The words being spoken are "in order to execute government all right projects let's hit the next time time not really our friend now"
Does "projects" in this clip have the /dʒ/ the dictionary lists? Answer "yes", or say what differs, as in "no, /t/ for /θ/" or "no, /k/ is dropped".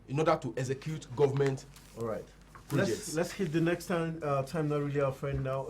no, /dʒ/ is dropped